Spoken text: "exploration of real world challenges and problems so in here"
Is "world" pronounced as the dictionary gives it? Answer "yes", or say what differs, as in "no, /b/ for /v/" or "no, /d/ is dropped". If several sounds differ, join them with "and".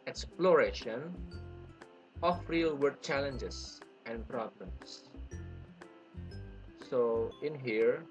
no, /l/ is dropped